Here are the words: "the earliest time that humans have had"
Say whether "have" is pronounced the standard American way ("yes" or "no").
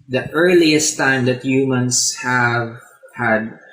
yes